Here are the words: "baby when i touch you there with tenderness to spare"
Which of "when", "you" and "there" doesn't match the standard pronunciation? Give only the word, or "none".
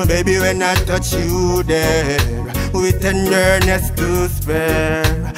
there